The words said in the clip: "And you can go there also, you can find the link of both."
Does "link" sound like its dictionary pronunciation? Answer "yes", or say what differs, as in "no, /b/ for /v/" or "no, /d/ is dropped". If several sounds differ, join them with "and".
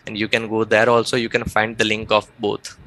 yes